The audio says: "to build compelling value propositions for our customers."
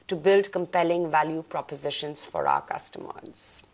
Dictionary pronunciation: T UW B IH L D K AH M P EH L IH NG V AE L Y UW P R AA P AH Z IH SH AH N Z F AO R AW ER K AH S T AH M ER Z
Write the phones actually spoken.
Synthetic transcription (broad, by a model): T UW B IH L D K AH M P EH L IH NG V AE L Y UW P R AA P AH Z IH SH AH N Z F AO R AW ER K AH S T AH M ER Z